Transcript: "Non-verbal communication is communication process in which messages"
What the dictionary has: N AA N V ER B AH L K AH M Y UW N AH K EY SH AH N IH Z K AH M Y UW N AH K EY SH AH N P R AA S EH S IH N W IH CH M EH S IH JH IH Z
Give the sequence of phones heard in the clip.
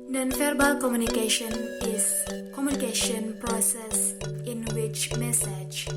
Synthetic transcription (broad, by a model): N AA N F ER B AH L K AH M Y UW N AH K EY SH AH N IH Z K AH M Y UW N AH K EY SH AH N P R AA S EH S IH N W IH CH M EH S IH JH